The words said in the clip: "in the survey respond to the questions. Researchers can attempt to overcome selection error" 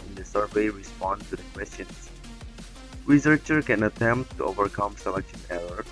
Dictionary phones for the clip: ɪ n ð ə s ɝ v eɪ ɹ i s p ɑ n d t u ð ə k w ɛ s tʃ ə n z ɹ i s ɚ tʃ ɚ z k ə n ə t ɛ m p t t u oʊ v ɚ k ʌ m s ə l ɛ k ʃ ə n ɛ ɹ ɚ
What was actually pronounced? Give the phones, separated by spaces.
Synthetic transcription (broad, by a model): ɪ n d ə s ɝ v eɪ ɹ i s p ɑ n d t u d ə k w ɛ s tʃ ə n s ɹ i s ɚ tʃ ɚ k ə n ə t ɛ m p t t u oʊ v ɚ k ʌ m s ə l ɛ k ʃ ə n ɛ ɹ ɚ